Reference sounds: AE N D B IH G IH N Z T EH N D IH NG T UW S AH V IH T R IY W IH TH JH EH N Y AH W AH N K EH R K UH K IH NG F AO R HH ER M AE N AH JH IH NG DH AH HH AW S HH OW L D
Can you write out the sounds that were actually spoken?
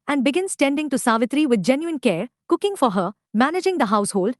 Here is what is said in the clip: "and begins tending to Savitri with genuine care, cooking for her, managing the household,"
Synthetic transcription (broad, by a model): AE N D B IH G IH N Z T EH N D IH NG T UW S AH V IH T R IY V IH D JH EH N Y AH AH N K EH R K UH K IH NG F AO R HH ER M AE N AH JH IH NG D AH HH AW S HH OW L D